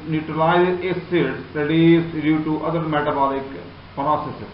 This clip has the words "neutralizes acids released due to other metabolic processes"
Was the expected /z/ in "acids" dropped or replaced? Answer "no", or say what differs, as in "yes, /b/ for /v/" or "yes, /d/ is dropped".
yes, /z/ is dropped